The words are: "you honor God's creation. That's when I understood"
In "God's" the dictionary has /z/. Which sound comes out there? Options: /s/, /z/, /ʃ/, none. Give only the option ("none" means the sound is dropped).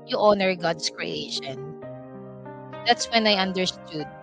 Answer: /s/